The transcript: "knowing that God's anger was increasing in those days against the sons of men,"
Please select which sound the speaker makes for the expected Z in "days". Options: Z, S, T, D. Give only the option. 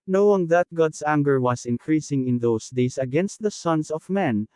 S